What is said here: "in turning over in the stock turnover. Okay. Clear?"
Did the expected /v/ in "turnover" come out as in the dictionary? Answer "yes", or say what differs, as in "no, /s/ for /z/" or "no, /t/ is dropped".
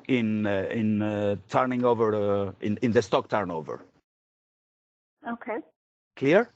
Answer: yes